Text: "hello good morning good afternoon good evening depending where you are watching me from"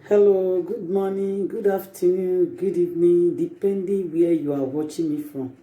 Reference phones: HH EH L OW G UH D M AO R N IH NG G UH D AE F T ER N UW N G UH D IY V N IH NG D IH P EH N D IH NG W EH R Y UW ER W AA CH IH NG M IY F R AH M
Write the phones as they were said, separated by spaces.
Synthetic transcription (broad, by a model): HH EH L OW G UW D M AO N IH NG G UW D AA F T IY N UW G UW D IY N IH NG D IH P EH N D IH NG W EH Y UW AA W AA CH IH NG M IY F R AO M